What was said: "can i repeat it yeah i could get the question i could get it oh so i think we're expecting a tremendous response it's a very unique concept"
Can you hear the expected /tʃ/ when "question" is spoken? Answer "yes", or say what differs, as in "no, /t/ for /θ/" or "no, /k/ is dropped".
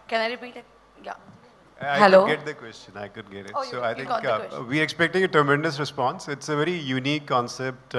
yes